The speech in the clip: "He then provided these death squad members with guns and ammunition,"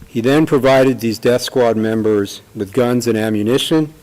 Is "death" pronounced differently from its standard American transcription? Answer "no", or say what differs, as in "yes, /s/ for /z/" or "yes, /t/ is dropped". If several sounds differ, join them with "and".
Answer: no